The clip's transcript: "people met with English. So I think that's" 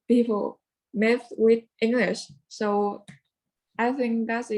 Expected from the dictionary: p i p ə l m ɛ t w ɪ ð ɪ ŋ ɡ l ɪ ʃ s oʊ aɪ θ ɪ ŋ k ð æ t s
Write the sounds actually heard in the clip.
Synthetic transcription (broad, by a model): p i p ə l m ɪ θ w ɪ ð ɪ ŋ ɡ l ɪ ʃ s oʊ aɪ θ ɪ ŋ k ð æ t s